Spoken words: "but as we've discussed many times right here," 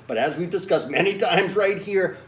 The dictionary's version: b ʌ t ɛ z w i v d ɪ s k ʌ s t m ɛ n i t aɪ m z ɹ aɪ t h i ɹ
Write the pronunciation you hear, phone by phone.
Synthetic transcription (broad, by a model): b ʌ t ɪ z w i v d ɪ s k ʌ s m ɛ n i t aɪ m z ɹ aɪ t h i ɹ